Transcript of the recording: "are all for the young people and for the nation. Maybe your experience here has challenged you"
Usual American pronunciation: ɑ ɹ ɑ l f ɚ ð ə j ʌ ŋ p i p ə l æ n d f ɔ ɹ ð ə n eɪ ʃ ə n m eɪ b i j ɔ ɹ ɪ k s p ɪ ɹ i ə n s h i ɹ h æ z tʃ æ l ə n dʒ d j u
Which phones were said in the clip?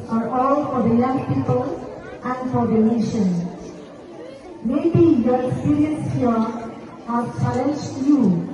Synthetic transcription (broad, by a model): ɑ ɹ ɑ l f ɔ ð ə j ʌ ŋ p i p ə l æ n d f ɔ ɹ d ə n eɪ ʃ ə n m eɪ b i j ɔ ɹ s ɪ ɹ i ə s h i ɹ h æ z tʃ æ l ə n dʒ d j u